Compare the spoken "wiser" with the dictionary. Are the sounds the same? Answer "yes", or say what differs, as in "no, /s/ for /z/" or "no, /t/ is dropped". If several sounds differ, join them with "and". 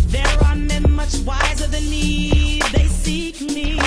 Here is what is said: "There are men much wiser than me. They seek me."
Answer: yes